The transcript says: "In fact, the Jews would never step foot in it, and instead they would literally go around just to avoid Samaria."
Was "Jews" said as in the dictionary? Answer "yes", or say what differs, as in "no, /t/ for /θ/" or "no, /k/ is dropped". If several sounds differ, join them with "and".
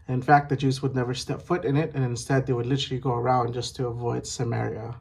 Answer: yes